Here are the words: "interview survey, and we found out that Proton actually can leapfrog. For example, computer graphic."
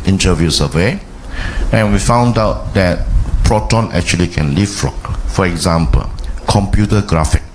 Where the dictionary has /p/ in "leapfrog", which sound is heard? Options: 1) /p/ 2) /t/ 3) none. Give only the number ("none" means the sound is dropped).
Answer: 3